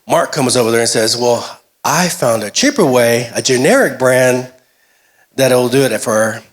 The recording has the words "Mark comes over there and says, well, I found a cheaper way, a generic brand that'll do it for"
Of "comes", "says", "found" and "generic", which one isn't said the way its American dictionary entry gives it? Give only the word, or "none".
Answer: none